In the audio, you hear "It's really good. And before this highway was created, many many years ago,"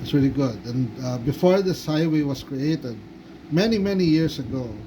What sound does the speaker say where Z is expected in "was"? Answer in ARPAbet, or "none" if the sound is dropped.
S